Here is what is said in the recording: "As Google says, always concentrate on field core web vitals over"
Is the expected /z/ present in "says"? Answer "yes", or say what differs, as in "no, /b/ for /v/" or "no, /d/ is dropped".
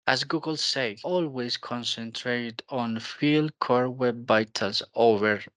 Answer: no, /z/ is dropped